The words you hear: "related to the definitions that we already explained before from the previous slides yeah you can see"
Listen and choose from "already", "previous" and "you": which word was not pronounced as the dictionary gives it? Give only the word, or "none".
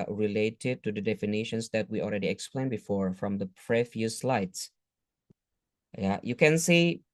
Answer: previous